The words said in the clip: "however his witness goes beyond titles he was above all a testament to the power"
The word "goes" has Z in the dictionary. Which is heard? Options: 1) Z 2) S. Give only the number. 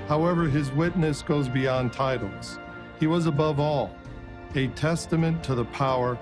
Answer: 1